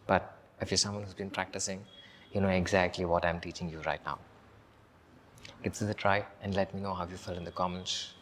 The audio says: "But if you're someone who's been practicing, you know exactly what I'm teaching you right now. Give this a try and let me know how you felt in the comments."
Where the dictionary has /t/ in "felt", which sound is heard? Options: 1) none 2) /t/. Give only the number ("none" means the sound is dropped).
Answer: 1